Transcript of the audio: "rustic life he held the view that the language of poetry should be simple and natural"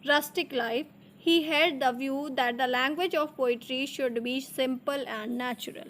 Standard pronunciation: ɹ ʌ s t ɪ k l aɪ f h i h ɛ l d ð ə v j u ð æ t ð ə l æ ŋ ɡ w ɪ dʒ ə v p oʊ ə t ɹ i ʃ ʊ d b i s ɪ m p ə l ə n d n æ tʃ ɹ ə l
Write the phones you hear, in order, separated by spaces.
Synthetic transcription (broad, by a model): ɹ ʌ s t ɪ k l aɪ f h i h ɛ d d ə v j u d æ t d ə l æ ŋ ɡ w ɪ dʒ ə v p oʊ ə t ɹ i ʃ ʊ d b i s ɪ m p ə l ə n d n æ tʃ ɹ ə l